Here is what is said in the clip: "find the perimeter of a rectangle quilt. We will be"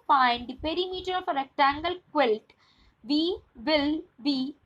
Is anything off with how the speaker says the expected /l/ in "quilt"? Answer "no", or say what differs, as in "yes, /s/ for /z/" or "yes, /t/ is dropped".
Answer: no